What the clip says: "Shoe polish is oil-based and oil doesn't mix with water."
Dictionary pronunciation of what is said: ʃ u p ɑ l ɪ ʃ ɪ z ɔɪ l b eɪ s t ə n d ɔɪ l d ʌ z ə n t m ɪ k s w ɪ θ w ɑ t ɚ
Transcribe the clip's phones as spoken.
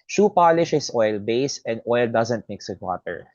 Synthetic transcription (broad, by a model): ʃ u p ɑ l ɪ ʃ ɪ s ɔɪ l b eɪ s ə n d ɔɪ l d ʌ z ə n t m ɪ k s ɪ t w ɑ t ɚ